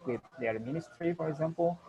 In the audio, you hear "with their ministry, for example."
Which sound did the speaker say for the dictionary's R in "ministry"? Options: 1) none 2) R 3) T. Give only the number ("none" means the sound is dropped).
2